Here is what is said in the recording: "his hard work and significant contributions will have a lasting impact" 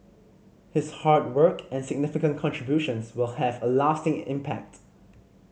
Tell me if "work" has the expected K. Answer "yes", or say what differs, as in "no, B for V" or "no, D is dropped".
yes